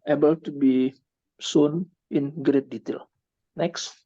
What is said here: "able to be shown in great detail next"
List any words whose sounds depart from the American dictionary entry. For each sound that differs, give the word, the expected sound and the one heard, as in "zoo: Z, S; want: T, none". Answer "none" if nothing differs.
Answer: shown: SH, S